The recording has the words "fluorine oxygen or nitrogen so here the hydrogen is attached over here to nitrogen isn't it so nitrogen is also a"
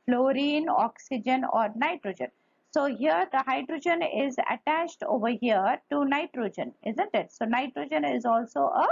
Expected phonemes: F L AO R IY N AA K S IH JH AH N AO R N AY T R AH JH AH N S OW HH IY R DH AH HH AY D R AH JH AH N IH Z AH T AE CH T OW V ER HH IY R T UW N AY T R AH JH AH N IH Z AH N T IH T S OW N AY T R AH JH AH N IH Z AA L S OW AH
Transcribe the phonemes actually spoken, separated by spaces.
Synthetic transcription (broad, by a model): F L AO R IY N AA K S IH JH AH N AO R N AY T R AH JH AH N S OW HH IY R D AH HH AY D R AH JH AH N IH Z AH T AE CH T OW V ER HH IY R T UW N AY T R AH JH AH N IH Z AH N T IH T S OW N AY T R AH JH AH N IH Z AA L S OW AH